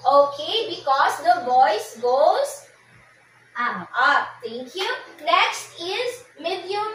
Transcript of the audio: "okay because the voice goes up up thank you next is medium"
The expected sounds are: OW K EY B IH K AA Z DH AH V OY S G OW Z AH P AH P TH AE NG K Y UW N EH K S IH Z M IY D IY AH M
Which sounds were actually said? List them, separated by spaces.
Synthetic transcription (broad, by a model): OW K EY B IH K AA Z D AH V OY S G OW Z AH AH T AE NG K Y UW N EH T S IH Z M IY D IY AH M